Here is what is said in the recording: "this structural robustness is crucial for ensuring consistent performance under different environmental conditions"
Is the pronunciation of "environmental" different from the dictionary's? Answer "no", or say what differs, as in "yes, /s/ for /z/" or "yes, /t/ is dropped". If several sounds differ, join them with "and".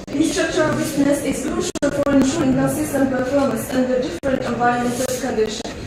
yes, /ɹ/ is dropped